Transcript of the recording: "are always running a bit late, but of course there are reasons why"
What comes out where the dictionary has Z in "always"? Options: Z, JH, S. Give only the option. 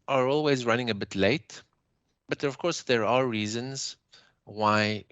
Z